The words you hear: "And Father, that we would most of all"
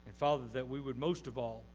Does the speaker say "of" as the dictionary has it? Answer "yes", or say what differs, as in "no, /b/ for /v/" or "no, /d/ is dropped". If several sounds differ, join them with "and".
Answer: yes